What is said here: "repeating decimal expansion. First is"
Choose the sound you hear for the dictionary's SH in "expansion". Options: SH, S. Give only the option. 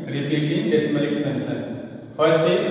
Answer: S